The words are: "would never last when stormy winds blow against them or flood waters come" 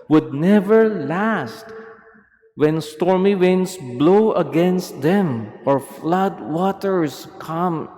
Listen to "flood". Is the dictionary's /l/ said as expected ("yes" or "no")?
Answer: yes